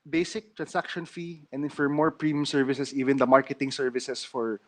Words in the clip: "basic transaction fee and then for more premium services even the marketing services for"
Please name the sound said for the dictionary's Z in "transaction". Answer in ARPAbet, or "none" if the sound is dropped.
S